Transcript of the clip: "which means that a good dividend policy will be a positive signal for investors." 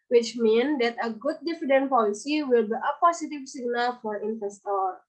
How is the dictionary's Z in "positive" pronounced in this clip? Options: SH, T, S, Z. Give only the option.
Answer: S